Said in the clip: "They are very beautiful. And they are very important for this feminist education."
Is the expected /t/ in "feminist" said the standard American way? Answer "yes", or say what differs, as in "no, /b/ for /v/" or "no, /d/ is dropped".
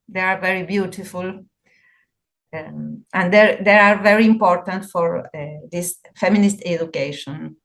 yes